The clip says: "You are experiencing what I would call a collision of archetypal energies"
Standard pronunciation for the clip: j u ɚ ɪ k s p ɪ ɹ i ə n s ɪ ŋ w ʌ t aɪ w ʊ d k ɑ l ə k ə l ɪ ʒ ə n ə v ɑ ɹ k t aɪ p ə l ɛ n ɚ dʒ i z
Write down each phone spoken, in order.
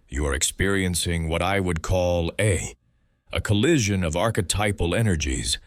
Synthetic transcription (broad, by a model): j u ɚ ɪ k s p ɪ ɹ i ə n s ɪ ŋ w ʌ t aɪ w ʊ d k ɑ l ə k ə l ɪ ʒ ə n ə v ɑ ɹ k t aɪ p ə l ɛ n ɚ dʒ i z